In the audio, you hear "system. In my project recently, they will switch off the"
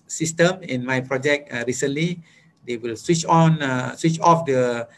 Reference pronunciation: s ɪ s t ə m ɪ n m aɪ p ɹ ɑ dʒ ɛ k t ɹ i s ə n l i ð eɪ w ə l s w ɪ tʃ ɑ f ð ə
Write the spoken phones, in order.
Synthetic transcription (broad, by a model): s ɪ s t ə m ɪ n m aɪ p ɹ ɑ dʒ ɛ k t ɹ i s ə n l i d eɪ w ə l s w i tʃ ɑ f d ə